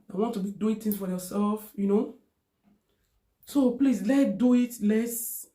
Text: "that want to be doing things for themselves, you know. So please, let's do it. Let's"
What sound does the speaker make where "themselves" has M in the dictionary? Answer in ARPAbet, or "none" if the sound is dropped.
none